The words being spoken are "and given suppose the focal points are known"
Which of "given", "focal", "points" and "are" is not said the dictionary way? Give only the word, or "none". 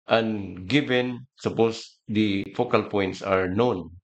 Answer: none